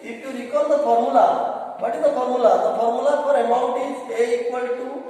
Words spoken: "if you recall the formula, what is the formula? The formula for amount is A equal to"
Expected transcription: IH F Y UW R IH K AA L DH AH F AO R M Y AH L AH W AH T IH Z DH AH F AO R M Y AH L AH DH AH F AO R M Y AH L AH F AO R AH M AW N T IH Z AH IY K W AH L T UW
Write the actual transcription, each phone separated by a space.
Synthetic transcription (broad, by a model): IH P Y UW R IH K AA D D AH P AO R M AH L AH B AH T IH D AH P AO R M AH L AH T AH P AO R M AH L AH P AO R AH M AW N T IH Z AH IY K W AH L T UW